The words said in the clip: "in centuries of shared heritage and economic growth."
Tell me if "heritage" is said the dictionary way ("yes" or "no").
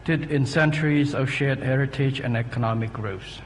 yes